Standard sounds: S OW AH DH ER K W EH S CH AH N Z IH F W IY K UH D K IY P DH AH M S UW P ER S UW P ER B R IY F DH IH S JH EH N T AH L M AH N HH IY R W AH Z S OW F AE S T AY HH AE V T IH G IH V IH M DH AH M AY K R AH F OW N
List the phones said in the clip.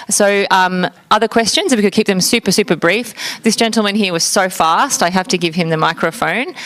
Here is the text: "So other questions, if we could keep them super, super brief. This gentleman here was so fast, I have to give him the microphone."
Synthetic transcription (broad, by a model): S OW AH DH ER K W EH S CH AH N Z IH F W IY K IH D K IY P DH AH M S UW P ER S UW P ER B R IY F DH IH S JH EH N T L M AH N HH IY R W AH Z S OW F AE S T AY HH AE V T IH G IH V IH M DH AH M AY K R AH F OW N